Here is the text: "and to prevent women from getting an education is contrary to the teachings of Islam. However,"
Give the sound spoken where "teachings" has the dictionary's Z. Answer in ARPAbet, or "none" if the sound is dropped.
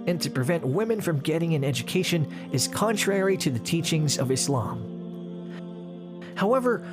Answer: Z